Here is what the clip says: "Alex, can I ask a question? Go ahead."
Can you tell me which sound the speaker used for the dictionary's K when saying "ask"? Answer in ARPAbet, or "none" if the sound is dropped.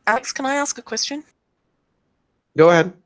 K